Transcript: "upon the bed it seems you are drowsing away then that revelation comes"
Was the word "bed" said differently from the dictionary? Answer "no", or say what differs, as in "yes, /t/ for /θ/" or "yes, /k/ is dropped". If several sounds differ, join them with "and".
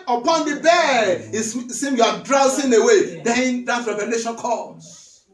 yes, /d/ is dropped